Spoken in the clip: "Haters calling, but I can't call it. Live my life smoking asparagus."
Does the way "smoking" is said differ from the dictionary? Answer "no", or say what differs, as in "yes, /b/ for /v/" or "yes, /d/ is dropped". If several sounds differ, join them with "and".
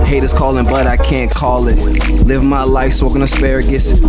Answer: yes, /m/ is dropped